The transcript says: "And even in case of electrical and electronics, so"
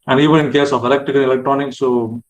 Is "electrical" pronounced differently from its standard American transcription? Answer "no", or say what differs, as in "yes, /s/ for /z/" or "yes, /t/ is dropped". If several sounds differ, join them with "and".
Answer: yes, /ɹ/ is dropped